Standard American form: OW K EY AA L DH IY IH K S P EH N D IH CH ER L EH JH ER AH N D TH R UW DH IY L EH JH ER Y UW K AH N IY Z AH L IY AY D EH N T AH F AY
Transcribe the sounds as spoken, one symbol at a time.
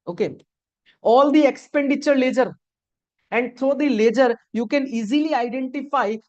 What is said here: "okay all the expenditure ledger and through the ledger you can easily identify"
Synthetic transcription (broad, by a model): OW K EY AA L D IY IH K S P EH N D IH CH ER L EH JH ER AH N D T R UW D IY L EH JH ER Y UW K AH N IY Z AH L IY AY D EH N T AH F AY